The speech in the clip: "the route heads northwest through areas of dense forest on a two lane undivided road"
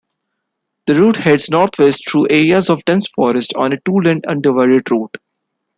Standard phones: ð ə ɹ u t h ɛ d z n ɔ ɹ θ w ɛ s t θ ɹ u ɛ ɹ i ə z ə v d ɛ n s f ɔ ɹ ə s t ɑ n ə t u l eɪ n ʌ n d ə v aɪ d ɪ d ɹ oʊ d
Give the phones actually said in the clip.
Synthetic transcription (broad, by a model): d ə ɹ u t h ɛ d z n ɔ ɹ t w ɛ s t t ɹ u ɛ ɹ i ə z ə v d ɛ n s f ɔ ɹ ə s t ɑ n ə t u l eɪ n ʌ n d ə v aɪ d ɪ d ɹ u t